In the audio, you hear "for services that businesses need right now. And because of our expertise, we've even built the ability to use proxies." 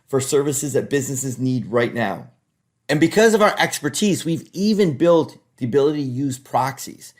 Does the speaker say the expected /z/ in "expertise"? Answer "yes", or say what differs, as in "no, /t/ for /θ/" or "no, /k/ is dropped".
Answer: yes